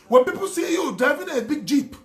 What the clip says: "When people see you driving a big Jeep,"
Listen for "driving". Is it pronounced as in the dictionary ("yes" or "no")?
no